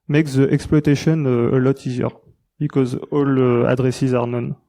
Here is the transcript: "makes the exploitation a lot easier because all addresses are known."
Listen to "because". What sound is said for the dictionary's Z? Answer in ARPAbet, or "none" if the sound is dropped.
Z